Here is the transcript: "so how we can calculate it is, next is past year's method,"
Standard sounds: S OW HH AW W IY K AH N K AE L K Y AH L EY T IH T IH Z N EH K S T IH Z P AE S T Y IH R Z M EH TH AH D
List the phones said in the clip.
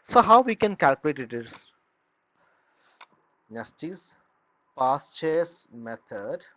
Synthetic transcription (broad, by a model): S OW HH AW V IY K AH N K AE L K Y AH L EY T IH T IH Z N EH S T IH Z P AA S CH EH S M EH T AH D